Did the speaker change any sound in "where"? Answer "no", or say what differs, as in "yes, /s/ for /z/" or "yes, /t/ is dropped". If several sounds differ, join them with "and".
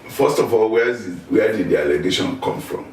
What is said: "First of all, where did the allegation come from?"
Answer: yes, /w/ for /ɹ/